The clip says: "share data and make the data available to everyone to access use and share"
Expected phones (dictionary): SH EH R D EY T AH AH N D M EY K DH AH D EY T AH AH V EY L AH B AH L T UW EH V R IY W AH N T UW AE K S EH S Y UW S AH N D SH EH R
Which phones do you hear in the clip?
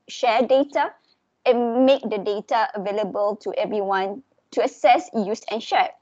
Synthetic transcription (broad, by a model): SH EH D EY T AH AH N M EY K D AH D EY T AH AH V EY L AH B AH L T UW EH V R IY W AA N T UW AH S EH S Y UW S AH N SH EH